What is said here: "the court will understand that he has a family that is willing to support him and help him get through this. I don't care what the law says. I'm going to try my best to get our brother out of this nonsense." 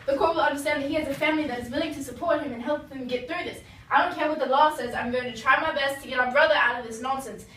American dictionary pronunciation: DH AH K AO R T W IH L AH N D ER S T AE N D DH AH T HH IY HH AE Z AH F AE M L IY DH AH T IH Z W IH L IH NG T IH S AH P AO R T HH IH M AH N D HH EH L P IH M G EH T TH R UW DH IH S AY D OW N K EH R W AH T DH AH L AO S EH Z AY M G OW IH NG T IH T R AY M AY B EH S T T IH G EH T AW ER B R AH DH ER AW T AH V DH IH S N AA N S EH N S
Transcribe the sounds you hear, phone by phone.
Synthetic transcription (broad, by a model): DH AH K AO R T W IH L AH N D ER S T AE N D DH AH T HH IY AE Z AH F AE M L IY DH AH T IH Z W IH L IH NG T IH S AH P AO R T HH IH M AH N HH EH L P IH M G EH T TH R UW DH IH S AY D OW N K EH R W AH T DH AH L AO S EH Z AY M G OW IH NG T IH T R AY M AY B EH S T T IH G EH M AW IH B R AH DH ER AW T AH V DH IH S N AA N S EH N S